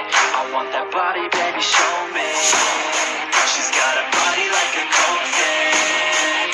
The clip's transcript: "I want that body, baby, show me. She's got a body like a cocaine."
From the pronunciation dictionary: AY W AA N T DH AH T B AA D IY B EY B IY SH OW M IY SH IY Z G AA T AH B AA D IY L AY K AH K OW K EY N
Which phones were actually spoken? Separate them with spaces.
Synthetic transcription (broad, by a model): AY W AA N DH AH T B AA D IY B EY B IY SH OW M IY SH IY Z G AA T AH B AA D IY L AY K AH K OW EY